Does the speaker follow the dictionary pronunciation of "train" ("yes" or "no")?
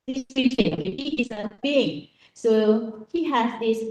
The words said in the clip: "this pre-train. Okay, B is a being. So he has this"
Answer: no